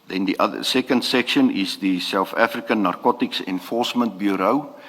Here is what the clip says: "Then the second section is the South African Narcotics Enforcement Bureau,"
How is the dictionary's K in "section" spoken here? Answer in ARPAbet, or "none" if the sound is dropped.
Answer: K